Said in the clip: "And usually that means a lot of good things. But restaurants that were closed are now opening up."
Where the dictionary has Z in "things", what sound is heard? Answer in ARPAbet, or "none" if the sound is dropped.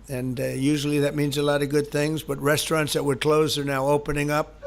Z